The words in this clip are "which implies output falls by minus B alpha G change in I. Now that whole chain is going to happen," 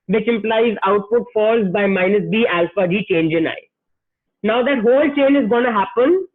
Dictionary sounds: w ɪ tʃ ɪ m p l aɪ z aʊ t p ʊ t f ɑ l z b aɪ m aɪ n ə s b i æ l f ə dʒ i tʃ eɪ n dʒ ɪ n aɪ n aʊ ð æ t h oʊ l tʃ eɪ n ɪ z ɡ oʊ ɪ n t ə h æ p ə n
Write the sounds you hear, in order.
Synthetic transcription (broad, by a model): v ɪ tʃ ɪ m p l aɪ z aʊ t p ʊ t f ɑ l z b aɪ m aɪ n ə s b i æ l f ə dʒ i tʃ eɪ n dʒ ɪ n aɪ n aʊ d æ t h oʊ l tʃ eɪ n ɪ z ɡ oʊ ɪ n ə h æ p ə n